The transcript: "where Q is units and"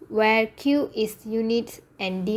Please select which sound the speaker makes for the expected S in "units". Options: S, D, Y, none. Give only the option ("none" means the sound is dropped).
none